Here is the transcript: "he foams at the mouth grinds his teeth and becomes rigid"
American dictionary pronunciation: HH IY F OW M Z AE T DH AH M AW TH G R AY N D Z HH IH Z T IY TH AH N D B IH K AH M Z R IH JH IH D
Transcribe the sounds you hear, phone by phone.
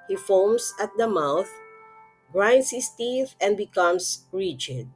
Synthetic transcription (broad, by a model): HH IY F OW M S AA T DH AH M AW TH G R AY N D S HH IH S T IY TH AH N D B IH K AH M S R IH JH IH D